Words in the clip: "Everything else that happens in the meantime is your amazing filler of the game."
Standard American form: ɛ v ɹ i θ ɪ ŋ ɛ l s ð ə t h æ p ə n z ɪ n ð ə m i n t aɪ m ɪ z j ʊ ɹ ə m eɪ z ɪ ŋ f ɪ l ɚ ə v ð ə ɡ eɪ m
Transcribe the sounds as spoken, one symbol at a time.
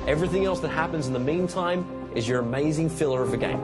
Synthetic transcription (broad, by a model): ɛ v ɹ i θ ɪ ŋ ɛ l s ð ə t h æ p ə n z n ð ə m i n t aɪ m ɪ z j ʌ ɹ ə m eɪ z ɪ ŋ f ɪ l ɚ ə v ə ɡ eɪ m